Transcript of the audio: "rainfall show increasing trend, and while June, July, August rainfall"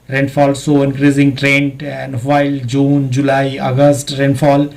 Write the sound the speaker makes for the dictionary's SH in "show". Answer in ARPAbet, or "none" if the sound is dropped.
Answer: S